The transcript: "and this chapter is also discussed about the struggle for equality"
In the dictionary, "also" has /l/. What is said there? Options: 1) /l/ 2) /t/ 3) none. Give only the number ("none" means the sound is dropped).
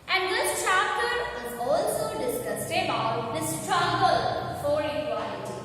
1